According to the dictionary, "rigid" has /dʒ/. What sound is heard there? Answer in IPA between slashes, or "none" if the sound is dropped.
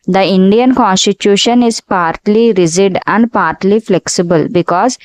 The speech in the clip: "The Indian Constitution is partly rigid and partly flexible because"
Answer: /z/